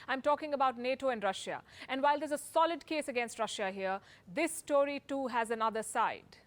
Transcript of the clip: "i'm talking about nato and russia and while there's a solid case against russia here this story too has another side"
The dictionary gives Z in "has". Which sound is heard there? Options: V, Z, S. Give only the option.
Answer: Z